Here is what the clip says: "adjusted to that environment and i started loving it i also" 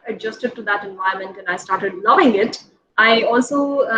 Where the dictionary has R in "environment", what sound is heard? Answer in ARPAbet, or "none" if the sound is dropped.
none